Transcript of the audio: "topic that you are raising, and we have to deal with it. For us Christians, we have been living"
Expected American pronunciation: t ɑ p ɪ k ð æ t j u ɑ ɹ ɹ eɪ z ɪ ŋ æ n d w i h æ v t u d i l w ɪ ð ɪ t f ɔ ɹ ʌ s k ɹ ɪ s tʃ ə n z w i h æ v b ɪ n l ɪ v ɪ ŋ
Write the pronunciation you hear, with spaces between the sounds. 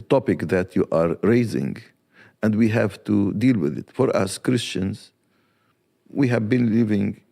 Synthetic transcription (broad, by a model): t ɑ p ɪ k ð æ t j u ɑ ɹ ɹ eɪ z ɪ ŋ æ n d w i h æ v t u d i l w ɪ ð ɪ t f ɔ ɹ ʌ s k ɹ ɪ s tʃ ə n z w i h æ v b ɪ n l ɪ v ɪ ŋ